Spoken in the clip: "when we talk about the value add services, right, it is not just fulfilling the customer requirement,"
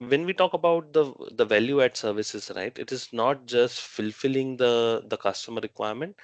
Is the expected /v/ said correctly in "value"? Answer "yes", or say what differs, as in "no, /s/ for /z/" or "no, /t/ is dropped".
yes